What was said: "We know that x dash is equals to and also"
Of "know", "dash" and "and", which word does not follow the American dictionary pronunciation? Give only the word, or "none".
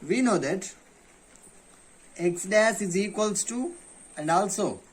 dash